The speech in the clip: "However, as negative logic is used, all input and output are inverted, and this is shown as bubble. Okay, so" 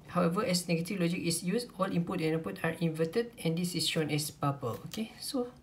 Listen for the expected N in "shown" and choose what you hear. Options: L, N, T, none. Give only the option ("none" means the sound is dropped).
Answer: N